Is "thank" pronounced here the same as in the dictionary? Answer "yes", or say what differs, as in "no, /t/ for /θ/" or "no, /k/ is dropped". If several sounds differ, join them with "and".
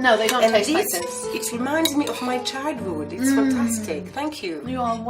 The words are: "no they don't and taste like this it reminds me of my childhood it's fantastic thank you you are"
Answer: yes